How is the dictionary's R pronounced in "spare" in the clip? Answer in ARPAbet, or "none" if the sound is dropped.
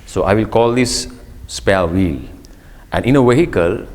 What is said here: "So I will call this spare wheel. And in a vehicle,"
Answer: L